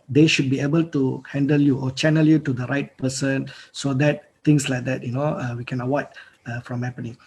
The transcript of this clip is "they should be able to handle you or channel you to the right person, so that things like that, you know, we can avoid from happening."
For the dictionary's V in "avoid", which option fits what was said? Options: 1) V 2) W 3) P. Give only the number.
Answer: 2